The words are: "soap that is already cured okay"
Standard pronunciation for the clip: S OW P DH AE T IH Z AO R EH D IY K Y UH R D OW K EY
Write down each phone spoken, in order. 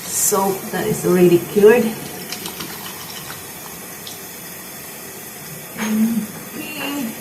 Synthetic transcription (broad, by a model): S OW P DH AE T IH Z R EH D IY K Y UH R D